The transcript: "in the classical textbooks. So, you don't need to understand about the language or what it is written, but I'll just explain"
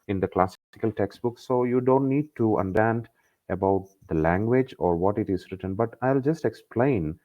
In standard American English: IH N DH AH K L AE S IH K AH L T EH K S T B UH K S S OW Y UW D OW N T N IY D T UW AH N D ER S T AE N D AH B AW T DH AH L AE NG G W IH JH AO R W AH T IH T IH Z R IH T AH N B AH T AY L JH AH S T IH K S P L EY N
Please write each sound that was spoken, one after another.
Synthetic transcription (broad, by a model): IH N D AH K L AE S IH K AH L T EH K S T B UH K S S OW Y UW D OW N T N IY D T UW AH N D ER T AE N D AH B AW T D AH L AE NG G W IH JH AO R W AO T IH T IH Z R IH T AH N B AH T AY L JH AH S T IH K S P L EY N